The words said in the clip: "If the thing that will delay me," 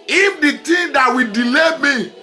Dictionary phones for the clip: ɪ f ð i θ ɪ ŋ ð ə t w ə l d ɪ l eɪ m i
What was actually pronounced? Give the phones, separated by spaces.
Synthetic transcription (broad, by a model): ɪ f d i t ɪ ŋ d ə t w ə d ɪ l eɪ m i